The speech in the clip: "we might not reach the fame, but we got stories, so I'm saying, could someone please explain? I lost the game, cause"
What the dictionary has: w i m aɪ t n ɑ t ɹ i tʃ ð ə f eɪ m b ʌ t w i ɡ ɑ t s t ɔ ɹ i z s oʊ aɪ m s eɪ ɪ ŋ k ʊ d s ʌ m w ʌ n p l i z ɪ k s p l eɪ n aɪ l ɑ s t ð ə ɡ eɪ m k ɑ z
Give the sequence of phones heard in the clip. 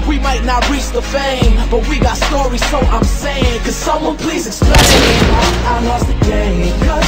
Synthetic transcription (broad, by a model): w i m aɪ t n ɑ t ɹ i tʃ ð ə f eɪ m b ʌ t w i ɡ ɑ t s t ɔ ɹ i z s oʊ aɪ m s eɪ ɪ ŋ k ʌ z s ʌ m w ʌ n p l i z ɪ k s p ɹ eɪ aɪ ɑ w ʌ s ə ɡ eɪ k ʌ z